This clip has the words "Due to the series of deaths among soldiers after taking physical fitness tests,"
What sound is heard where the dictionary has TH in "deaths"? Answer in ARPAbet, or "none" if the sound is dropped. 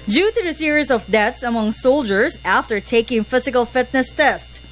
T